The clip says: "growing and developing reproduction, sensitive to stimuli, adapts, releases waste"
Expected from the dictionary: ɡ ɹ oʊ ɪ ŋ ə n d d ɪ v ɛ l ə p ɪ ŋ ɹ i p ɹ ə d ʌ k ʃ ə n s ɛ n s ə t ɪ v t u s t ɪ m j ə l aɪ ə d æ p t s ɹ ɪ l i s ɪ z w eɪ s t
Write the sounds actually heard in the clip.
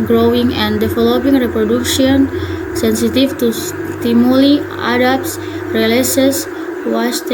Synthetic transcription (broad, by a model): ɡ ɹ oʊ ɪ ŋ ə n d d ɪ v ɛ l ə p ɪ ŋ ɹ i p ɹ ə d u k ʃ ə n s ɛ n s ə t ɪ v t u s t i m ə l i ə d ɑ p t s ɹ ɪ l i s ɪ s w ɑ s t